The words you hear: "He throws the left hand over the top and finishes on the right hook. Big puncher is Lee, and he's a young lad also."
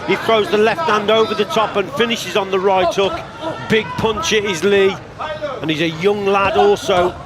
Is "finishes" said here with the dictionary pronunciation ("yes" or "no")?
yes